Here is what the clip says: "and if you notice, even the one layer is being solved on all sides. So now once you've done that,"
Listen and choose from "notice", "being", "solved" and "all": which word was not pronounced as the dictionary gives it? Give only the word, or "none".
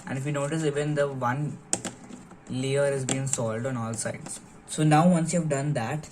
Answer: solved